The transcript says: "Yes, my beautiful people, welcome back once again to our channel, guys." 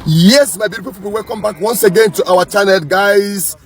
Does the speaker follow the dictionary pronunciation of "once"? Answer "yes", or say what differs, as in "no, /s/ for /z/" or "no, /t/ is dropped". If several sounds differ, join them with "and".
yes